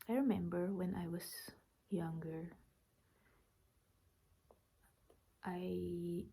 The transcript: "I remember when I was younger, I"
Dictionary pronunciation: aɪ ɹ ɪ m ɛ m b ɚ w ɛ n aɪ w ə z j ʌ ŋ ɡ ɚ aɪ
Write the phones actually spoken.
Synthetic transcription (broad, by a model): aɪ ɹ ɪ m ɛ m b ɚ w ɛ n aɪ w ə s j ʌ ŋ ɡ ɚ aɪ